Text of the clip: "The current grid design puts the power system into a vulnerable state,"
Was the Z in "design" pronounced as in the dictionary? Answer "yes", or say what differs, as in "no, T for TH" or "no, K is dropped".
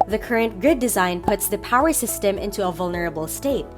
yes